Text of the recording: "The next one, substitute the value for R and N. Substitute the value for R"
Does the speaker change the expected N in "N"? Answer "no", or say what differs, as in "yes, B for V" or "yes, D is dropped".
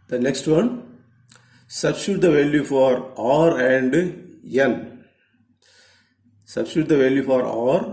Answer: yes, L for N